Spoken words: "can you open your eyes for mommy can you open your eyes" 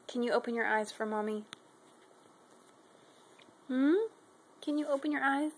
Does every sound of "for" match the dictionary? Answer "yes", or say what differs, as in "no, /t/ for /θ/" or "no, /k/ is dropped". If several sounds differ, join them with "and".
yes